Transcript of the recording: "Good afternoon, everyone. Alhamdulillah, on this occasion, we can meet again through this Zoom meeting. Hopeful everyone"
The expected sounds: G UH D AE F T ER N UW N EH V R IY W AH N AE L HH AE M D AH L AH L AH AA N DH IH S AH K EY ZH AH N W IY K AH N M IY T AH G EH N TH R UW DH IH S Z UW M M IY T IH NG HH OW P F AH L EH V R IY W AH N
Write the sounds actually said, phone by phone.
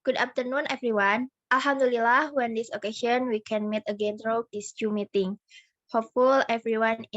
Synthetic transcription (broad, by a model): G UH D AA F T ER N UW N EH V R IY W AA N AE L HH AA M D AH L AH L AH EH N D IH S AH K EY SH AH N W IY K AH N M IY T AH G EH N T R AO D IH S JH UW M M IY T IH NG HH OW P F AH L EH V R IY W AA N